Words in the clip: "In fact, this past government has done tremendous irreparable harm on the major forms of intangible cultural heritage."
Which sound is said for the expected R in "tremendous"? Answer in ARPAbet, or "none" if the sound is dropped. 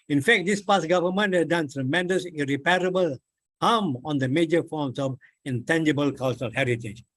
R